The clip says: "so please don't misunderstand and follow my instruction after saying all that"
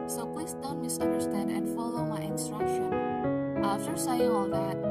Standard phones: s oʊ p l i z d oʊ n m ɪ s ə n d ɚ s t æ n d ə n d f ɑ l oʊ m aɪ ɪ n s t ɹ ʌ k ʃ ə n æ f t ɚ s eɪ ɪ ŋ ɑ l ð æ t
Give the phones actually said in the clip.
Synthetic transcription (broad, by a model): s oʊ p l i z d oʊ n m ɪ s ə n d ɚ s t æ n d ə n d f ɑ l oʊ m aɪ ɪ n s t ɹ ʌ k ʃ ə n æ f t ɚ s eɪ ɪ ɑ l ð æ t